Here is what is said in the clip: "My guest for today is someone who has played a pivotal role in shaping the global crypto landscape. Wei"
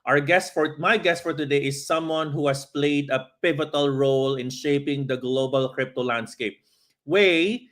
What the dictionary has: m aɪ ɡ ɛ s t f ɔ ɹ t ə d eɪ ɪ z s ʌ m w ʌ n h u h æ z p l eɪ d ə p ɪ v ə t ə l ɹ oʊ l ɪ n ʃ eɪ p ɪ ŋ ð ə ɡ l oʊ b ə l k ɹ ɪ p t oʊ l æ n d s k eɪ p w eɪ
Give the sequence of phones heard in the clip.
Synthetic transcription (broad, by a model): m aɪ ɡ ɛ s t f ɔ ɹ t ə d eɪ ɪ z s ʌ m w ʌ n h u h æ s p l eɪ d ə p ɪ v ə t ə l ɹ oʊ l ɪ n ʃ eɪ p ɪ ŋ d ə ɡ l oʊ b ə l k ɹ ɪ p t oʊ l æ n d s k eɪ p w eɪ